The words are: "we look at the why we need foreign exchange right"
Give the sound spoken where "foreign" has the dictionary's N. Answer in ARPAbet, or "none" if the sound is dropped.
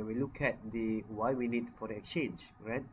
none